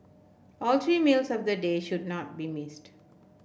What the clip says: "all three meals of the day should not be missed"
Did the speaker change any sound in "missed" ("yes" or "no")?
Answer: no